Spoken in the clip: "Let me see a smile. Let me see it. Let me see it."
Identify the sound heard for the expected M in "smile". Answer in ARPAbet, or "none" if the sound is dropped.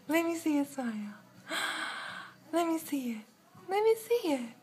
none